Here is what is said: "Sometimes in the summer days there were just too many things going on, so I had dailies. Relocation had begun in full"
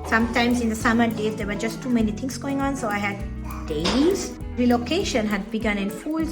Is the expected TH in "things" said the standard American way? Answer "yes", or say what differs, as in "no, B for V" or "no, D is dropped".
no, T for TH